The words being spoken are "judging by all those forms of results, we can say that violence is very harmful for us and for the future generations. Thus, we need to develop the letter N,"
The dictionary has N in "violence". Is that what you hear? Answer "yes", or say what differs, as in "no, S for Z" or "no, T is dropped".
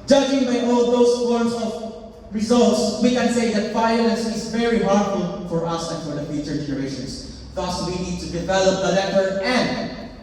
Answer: no, N is dropped